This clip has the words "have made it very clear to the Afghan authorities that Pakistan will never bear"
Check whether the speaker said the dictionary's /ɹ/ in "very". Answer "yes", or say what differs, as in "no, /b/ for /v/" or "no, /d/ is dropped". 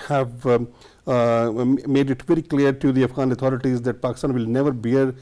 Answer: yes